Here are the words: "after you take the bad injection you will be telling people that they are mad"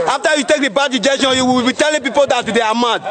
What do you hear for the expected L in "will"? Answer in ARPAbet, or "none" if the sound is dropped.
W